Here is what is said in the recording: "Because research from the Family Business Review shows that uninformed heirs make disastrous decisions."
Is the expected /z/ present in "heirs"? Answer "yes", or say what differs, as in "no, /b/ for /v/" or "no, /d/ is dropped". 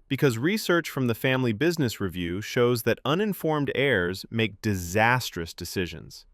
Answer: yes